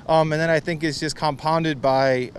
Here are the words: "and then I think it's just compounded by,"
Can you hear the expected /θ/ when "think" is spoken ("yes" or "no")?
yes